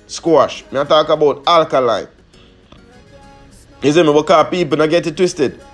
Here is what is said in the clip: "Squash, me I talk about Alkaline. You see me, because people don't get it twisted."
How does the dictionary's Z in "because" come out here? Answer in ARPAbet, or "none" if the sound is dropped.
none